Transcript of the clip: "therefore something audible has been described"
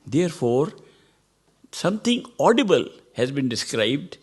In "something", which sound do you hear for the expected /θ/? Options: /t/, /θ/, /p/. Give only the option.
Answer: /t/